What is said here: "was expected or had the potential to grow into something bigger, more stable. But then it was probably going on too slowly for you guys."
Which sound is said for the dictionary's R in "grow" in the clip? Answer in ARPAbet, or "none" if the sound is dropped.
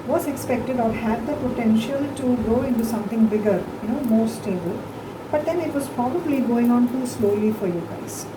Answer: none